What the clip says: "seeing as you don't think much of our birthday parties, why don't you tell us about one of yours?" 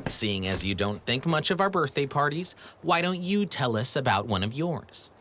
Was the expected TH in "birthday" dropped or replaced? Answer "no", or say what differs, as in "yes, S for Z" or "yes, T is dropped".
no